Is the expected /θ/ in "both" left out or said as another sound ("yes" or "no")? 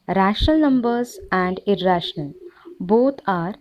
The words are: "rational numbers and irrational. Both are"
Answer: yes